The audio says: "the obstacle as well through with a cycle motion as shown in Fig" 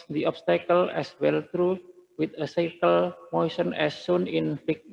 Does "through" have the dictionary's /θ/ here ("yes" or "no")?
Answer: no